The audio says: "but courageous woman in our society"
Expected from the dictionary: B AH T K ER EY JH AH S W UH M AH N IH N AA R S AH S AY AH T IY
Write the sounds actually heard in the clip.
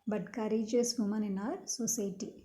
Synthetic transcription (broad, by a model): B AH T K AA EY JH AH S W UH M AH N IH N AA R S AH S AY T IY